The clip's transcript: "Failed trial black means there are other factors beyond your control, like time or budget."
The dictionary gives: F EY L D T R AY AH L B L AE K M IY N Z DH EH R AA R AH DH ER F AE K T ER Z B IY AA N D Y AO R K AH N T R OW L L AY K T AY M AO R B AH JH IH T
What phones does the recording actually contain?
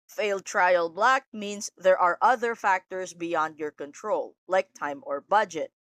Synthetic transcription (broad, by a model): F EY L D T R AY AH L B L AE K M IY N S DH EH R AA R AH DH ER F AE K T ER S B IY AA N D Y AO R K AH N T R OW L L AY K T AY M AO R B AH JH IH T